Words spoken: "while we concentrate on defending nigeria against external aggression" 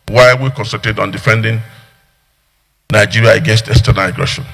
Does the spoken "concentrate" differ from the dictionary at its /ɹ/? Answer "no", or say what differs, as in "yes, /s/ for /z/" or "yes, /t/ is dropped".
yes, /ɹ/ is dropped